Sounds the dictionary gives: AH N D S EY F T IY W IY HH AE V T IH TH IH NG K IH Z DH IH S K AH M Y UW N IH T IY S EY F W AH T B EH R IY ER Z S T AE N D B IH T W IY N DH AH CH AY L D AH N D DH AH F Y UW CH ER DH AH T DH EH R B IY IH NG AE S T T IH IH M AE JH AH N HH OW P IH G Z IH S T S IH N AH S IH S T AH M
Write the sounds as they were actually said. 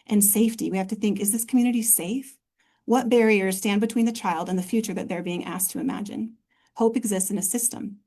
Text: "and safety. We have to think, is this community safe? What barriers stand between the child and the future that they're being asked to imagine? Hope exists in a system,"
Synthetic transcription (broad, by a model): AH N S EY F T IY W IY HH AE F T IH TH IH NG K IH Z DH IH S K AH M Y UW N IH T IY S EY F W AH T B EH R IY ER Z S T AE N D B IH T W IY N DH AH CH AY L D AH N DH AH F Y UW CH ER DH AH T DH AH R B IY IH NG AE S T T IH IH M AE JH AH N HH OW P IH G Z IH S T S IH N AH S IH S T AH M